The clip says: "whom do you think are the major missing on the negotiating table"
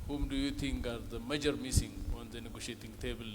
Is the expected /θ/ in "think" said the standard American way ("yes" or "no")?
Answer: no